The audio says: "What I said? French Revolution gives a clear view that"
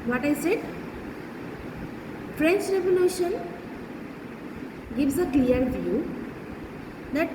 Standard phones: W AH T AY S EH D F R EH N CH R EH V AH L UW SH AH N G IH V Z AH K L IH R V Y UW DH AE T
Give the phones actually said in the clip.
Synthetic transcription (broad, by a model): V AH T AY S EH D F R EH N CH R EH V AH L UW SH AH N G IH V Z AH K L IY R V Y UW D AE T